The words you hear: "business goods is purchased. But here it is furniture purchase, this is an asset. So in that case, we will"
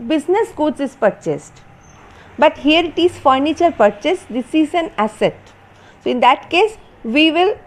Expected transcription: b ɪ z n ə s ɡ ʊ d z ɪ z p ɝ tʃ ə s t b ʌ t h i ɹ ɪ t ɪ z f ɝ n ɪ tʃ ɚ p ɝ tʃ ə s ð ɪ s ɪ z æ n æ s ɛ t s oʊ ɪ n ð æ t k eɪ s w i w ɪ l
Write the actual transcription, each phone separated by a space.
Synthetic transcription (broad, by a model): b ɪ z n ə s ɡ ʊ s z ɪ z p ɝ tʃ ə s t b ʌ t h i ɹ ɪ t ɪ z f ɝ n ɪ tʃ ɚ p ɝ tʃ ə s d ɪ s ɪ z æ n æ s ɛ t s oʊ ɪ n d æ t k eɪ s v i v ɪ l